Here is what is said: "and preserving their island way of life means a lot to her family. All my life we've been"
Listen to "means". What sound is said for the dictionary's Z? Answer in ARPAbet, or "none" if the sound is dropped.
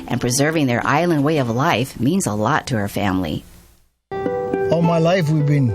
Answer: Z